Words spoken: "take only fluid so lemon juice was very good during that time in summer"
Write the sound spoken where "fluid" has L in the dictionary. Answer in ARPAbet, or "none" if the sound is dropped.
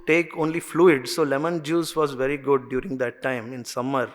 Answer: L